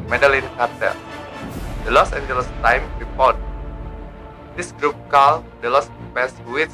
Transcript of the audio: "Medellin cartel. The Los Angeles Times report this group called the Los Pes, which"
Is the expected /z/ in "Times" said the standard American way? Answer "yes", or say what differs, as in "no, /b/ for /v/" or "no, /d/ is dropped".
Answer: no, /z/ is dropped